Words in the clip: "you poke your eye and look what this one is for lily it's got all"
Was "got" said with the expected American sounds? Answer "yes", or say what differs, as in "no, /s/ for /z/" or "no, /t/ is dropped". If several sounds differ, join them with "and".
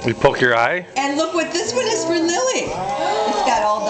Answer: yes